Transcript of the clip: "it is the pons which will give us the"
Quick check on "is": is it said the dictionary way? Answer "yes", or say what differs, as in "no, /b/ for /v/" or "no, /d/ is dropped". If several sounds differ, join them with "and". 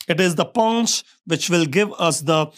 yes